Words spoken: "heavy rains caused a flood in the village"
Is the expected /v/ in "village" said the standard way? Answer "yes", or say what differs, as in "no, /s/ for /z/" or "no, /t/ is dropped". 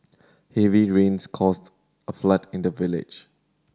yes